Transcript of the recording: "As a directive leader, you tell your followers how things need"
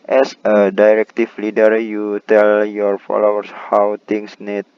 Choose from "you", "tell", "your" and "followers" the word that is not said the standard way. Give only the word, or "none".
followers